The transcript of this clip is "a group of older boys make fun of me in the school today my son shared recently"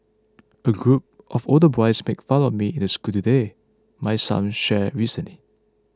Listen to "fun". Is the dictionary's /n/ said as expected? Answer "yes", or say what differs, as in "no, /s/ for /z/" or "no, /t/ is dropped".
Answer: no, /l/ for /n/